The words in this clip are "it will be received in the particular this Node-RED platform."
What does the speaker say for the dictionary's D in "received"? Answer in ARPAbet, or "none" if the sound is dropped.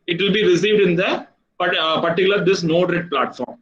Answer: D